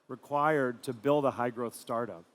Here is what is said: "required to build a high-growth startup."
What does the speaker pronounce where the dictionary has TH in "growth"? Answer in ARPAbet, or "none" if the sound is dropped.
TH